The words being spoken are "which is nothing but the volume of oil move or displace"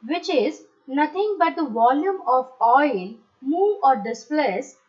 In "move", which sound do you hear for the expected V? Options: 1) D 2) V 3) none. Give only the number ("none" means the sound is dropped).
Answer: 3